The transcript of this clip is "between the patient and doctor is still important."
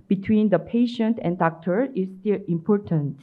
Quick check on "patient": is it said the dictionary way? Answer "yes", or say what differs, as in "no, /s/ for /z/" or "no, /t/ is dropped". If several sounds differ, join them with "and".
yes